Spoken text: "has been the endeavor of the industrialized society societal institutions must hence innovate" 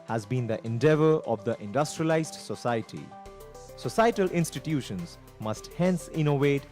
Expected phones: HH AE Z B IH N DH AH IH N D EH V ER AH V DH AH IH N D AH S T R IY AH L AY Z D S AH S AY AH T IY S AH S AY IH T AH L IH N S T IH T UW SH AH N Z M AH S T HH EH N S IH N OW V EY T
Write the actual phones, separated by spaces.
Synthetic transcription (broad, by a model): HH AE Z B IH N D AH IH N D EH V ER AH V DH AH IH N D AH S T R IY AH L AY Z D S AH S AY AH T IY S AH S AY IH T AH L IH N S T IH T UW SH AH N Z M AH S T HH EH N S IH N OW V EY T